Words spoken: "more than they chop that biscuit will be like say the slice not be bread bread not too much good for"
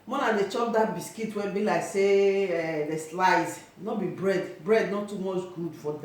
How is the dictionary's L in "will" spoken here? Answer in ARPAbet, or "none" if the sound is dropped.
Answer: N